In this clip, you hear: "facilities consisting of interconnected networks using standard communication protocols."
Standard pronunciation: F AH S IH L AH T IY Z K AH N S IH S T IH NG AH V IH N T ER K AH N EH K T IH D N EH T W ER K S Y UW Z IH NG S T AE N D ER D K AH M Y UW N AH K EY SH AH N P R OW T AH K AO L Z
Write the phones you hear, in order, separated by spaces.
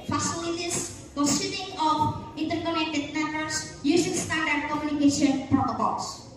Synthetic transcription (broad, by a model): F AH S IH L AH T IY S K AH S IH T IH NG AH F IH N T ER K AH N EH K T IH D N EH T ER S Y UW S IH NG S T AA N D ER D K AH M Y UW N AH K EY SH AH N P R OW T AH K AO L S